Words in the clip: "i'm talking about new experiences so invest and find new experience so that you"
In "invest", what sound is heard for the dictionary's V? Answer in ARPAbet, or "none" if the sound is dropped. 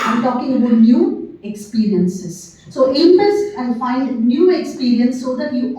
P